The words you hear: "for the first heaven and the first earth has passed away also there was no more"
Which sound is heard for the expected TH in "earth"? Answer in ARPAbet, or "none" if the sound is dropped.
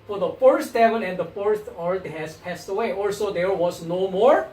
T